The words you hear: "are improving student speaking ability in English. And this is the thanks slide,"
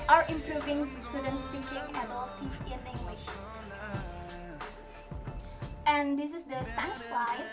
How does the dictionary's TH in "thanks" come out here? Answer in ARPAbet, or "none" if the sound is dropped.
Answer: T